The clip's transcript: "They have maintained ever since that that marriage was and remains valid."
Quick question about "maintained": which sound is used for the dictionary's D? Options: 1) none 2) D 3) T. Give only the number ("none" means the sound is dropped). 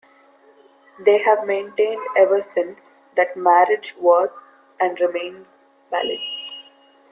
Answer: 2